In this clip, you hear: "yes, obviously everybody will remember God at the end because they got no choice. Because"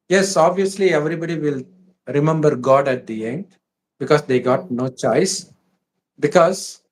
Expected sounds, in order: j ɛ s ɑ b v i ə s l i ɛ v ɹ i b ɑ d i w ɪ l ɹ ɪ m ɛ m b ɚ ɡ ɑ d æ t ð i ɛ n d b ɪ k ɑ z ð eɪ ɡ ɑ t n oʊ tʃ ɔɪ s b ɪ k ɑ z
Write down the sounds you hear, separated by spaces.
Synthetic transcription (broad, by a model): j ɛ s ɑ b v i ə s l i ɛ v ɹ i b ɑ d i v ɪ l ɹ ɪ m ɛ m b ɚ ɡ ɑ d æ t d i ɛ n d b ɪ k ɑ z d eɪ ɡ ɑ t n oʊ tʃ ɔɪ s b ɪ k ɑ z